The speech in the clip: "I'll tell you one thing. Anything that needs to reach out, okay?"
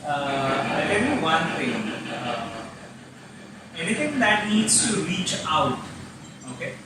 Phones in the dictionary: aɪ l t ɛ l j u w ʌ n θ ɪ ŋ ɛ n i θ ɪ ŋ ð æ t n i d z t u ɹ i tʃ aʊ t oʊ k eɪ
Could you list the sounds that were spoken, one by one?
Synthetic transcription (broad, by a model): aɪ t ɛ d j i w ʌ n t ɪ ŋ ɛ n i t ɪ ŋ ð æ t n i d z t u ɹ i tʃ aʊ t oʊ k eɪ